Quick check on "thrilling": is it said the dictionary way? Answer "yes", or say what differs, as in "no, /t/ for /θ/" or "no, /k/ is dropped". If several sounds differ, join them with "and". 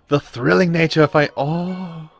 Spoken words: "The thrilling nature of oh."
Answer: yes